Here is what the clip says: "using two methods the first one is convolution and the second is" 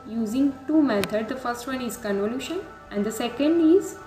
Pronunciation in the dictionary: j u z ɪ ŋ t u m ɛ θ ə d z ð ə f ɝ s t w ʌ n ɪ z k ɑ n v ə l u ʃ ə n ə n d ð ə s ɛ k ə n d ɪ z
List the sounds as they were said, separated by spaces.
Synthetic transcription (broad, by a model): j u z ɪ ŋ t u m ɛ t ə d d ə f ɝ s t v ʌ n ɪ z k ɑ n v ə l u ʃ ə n ə n d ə s ɛ k ə n d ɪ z